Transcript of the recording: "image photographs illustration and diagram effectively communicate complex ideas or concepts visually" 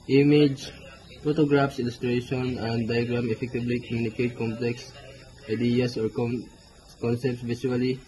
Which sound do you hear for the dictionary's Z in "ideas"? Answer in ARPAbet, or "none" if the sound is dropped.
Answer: S